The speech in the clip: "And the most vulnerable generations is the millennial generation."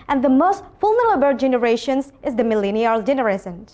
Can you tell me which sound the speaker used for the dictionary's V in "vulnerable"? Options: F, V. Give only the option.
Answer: F